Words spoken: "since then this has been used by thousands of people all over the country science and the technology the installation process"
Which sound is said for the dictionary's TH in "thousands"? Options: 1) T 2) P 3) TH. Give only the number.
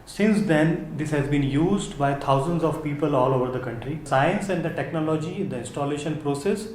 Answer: 1